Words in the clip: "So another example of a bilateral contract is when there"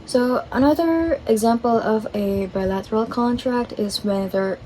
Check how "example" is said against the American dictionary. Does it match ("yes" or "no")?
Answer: yes